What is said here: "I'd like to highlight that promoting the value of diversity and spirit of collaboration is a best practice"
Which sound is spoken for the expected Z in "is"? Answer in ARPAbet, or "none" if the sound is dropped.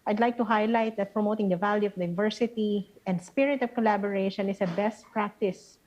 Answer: S